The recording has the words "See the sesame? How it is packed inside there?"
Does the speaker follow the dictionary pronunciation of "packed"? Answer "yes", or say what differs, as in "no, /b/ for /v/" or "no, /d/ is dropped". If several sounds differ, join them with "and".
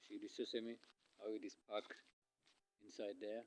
no, /t/ is dropped